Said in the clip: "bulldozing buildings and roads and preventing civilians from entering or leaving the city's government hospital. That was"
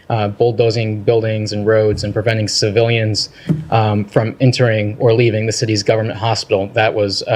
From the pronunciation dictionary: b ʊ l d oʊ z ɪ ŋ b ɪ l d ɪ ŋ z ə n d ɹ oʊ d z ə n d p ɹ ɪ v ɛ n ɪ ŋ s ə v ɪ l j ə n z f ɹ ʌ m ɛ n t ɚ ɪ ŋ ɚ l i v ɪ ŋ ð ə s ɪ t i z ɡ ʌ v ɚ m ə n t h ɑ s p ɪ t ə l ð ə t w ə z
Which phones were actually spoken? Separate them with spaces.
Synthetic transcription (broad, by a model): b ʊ l d oʊ z ɪ ŋ b ɪ l d ɪ ŋ z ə n ɹ oʊ d z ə n p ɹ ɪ v ɛ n ɪ ŋ s ə v ɪ l j ə n z f ɹ ʌ m ɛ n t ɚ ɪ ŋ ɚ l i v ɪ ŋ ð ə s ɪ t i z ɡ ʌ v ɚ m ə n t h ɑ s p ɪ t l ð ə t w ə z